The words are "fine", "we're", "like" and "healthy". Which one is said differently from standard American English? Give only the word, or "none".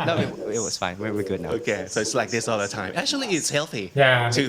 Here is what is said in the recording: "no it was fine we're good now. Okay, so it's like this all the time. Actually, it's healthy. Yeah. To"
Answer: we're